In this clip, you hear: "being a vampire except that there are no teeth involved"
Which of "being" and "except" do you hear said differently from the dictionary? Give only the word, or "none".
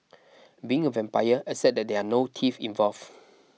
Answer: except